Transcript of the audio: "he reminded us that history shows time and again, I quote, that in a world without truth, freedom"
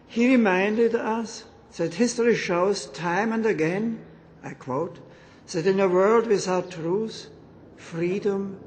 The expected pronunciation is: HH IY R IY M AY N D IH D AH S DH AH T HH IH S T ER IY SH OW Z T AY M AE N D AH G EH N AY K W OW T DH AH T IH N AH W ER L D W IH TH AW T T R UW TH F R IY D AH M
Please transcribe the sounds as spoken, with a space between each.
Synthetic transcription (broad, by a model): HH IY R IY M AY N D IH D AH S DH AH T HH IH S T ER IY SH OW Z T AY M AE N D AH G EH N AY K W OW T DH AH T IH N AH W ER L D W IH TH AW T T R UW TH F R IY D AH M